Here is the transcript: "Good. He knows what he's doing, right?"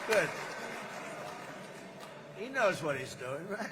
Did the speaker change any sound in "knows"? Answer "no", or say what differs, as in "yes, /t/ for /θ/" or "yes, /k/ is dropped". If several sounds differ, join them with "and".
no